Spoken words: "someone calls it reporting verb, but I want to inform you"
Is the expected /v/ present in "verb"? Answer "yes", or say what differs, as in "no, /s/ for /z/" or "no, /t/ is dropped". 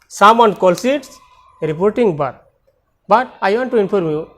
no, /b/ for /v/